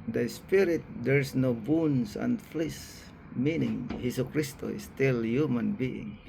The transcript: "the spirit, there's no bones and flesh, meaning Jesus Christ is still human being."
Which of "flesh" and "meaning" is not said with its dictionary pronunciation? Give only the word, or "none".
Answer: flesh